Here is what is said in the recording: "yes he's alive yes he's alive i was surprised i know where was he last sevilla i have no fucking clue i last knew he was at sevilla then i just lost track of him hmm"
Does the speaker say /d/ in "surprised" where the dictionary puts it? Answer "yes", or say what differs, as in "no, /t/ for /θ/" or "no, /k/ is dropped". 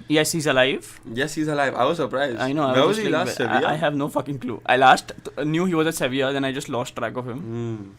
no, /d/ is dropped